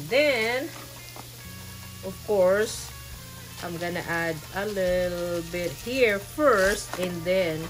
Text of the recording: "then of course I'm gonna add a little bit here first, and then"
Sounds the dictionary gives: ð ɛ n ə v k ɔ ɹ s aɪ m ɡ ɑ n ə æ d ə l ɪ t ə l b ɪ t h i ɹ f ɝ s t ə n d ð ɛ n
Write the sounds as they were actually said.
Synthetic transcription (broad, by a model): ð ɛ n ə v k ɔ ɹ s aɪ m ɡ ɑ n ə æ d ə l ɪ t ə l b ɪ t h i ɹ f ɝ s t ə n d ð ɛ n